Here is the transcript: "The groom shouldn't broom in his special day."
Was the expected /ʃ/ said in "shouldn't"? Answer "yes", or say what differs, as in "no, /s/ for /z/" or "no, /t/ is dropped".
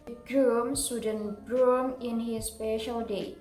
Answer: no, /s/ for /ʃ/